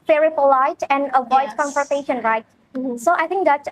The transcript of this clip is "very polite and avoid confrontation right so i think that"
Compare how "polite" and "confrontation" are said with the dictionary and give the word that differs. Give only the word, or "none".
confrontation